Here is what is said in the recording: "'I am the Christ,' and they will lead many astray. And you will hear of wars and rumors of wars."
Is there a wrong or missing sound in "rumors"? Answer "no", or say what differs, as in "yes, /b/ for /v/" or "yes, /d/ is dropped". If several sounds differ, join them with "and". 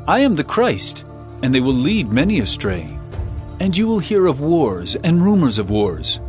no